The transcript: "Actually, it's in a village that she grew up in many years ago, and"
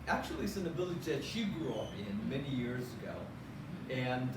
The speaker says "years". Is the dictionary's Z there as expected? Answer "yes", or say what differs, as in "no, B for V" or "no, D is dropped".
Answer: yes